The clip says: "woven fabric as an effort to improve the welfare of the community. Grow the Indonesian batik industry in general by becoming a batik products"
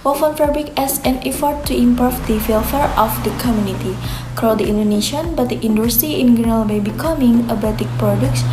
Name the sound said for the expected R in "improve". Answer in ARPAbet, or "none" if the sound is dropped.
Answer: none